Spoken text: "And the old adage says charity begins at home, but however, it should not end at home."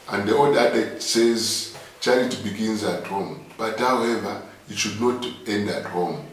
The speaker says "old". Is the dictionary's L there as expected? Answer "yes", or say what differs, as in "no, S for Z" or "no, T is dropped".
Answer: no, L is dropped